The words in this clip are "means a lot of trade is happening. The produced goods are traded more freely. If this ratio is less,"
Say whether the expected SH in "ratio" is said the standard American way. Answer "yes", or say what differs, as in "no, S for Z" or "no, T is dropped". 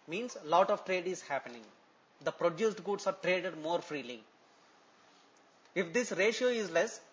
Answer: yes